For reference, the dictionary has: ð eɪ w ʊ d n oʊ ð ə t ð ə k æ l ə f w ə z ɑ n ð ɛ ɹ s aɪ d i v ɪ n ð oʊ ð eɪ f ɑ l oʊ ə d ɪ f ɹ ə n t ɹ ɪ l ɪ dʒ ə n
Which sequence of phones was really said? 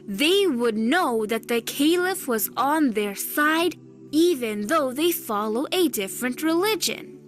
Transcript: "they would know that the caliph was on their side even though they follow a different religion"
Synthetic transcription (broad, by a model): ð eɪ w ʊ d n oʊ ð ə t ð ə k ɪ l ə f w ə z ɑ n ð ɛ ɹ s aɪ d i v ɪ n ð oʊ ð eɪ f ɑ l oʊ ə d ɪ f ɹ ə n t ɹ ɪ l ɪ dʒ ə n